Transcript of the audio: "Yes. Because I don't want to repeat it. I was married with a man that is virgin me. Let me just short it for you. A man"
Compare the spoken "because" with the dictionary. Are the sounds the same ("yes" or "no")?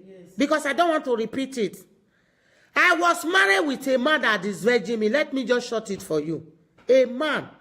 no